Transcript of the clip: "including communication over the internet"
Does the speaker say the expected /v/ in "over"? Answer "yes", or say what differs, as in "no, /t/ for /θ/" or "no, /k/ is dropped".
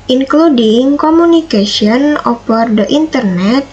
no, /p/ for /v/